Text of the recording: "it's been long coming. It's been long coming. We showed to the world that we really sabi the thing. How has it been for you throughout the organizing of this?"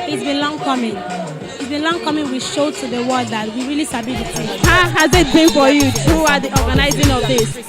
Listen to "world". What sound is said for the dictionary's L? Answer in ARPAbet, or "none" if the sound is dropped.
none